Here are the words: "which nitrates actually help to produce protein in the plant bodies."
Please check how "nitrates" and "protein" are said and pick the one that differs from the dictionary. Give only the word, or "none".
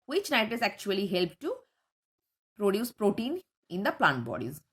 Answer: nitrates